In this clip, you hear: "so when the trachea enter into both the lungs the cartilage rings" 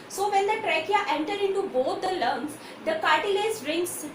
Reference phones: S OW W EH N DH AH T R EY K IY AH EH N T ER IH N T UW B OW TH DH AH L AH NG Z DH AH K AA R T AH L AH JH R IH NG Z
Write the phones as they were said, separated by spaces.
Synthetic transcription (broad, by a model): S OW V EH N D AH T R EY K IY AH EH N T ER IH N T UW B OW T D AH L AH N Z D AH K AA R T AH L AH Z R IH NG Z